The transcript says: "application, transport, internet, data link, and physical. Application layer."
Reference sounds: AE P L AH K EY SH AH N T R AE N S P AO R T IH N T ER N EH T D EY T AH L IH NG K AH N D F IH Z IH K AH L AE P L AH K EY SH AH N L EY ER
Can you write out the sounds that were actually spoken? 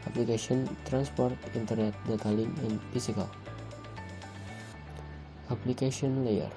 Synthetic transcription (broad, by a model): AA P L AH K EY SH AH N T R AE N S P AO R T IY N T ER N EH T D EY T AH L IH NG AH N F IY S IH K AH L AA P L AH K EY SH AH N L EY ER